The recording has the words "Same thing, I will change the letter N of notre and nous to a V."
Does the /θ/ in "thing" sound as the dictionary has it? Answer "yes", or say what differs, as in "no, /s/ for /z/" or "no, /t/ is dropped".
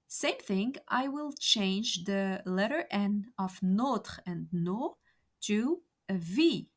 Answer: yes